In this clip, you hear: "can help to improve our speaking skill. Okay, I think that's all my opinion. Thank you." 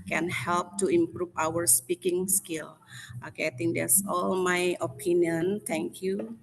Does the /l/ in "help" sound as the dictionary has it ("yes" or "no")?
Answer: yes